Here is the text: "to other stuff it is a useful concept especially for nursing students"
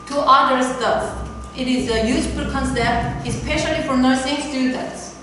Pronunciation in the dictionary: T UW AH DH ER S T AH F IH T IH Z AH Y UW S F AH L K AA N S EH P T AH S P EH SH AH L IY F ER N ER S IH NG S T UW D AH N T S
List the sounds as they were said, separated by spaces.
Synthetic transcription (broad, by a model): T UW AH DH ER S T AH IH T IH Z AH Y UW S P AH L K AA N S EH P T AH S P EH SH AH L IY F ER N ER S IH NG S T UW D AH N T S